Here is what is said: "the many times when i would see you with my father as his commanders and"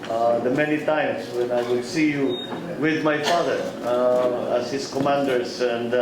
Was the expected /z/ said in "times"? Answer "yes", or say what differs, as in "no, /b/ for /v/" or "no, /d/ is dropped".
no, /s/ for /z/